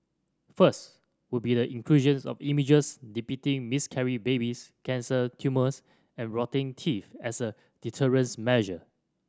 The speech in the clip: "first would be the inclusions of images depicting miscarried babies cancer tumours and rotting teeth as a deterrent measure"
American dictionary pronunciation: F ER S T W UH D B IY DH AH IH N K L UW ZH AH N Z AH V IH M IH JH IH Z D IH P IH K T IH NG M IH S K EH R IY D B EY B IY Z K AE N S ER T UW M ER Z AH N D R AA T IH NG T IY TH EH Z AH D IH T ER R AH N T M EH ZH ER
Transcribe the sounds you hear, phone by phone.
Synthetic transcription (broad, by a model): F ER S T W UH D B IY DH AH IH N K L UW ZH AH N S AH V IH M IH JH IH S D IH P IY T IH NG M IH S K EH R IY B EY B IY S K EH N S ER T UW M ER S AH N R AA T IH NG T IY F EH S AH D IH T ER R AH N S M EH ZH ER